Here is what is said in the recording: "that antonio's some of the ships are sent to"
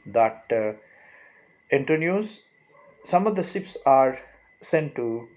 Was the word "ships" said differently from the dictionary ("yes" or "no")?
yes